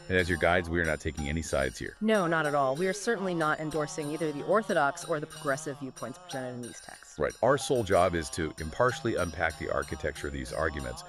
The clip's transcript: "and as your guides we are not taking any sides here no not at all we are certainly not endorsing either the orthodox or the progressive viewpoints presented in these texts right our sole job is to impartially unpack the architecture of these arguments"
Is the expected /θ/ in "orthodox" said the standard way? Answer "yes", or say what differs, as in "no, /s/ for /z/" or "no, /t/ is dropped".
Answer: yes